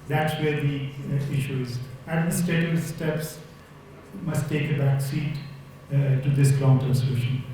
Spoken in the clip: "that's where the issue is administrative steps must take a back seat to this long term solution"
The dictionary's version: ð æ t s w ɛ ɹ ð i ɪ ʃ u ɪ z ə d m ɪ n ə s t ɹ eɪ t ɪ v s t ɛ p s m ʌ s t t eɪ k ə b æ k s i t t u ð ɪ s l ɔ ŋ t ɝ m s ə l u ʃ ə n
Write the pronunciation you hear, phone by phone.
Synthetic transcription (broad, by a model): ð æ t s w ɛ ɹ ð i ɪ ʃ u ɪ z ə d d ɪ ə s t eɪ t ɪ s t ɛ p s m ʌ s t t eɪ k ə b æ k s i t t u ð ɪ s l ɔ ŋ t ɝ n s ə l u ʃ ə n